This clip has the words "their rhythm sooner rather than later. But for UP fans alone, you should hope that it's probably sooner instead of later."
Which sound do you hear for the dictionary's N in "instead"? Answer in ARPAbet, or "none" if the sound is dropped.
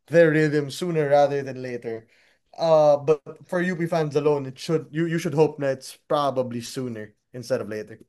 N